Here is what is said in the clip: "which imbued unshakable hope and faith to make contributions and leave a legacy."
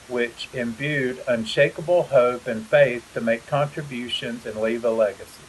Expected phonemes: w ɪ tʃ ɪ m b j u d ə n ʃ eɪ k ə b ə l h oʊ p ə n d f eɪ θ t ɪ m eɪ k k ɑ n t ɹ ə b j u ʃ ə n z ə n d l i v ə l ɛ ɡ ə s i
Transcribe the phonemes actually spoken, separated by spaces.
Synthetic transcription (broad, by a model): w ɪ tʃ ɪ m b j u d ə n ʃ eɪ k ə b l h oʊ p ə n f eɪ θ t ɪ m eɪ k k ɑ n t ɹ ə b j u ʃ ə n z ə n l i v ə l ɛ ɡ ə s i